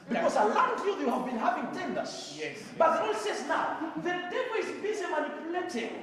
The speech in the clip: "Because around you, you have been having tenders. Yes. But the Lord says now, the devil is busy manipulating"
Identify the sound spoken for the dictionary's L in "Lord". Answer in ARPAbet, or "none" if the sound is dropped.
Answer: N